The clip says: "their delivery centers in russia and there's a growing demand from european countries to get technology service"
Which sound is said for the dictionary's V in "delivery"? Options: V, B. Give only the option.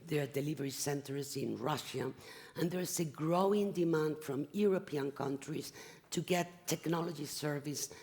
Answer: V